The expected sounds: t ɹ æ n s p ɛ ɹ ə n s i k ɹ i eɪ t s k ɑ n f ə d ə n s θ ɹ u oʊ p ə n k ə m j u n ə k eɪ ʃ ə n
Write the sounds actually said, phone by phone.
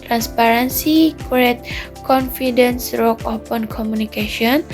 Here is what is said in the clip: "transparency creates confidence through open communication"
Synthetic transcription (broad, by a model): t ɹ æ n s p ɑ ɹ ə n s i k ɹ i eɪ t k ɑ n f ə d ə n s ɹ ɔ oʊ p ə n k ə m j u n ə k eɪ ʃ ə n